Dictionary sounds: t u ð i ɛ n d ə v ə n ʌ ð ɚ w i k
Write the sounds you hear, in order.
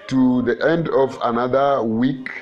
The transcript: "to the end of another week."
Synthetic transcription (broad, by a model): t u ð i ɛ n d ə v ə n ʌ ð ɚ w i k